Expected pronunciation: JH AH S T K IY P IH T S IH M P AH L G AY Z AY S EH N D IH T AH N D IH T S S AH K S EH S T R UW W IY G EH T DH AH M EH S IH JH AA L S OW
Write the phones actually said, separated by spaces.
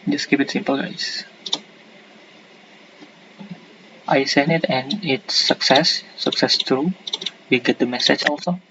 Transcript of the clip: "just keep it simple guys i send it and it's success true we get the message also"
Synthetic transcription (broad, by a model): JH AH S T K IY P IH T S IH M P AH L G AY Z AY S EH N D IH T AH N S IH S S S AH K S EH S T R UW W IY G EH T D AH M EH S IH JH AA L S OW